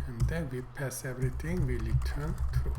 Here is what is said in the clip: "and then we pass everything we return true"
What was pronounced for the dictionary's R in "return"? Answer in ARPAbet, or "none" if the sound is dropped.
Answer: L